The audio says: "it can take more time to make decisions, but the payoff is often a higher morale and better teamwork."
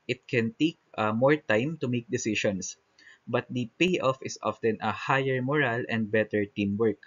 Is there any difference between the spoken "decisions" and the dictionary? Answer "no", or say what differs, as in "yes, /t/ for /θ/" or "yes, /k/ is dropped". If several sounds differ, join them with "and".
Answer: yes, /ʃ/ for /ʒ/ and /s/ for /z/